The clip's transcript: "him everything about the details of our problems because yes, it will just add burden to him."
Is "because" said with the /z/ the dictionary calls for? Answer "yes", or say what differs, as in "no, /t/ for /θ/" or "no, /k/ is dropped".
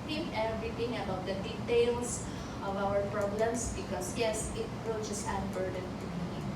no, /s/ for /z/